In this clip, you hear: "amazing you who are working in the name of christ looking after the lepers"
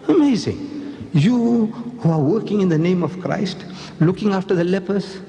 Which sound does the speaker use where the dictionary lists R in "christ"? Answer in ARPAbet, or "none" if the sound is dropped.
R